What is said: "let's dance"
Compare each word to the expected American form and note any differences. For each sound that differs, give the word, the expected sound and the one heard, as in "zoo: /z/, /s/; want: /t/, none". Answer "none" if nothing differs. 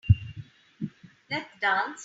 let's: /s/, none